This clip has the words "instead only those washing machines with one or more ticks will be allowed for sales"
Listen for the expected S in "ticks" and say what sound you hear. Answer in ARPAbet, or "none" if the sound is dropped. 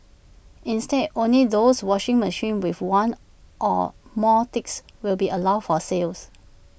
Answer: S